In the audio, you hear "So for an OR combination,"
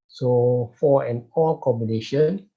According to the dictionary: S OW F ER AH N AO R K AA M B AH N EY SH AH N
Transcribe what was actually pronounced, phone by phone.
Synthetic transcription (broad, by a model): S OW F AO AH N AO L K AA M B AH N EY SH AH N